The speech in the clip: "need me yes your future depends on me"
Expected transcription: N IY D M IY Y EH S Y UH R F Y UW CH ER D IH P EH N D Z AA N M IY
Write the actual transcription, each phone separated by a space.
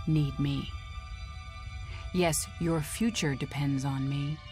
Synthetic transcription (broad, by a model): N IY D M IY Y EH S Y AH R F Y UW CH ER D IH P EH N D Z N M IY